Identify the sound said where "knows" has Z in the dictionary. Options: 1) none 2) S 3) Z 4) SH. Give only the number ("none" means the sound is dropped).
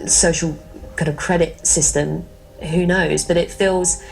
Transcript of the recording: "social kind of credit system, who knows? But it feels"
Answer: 3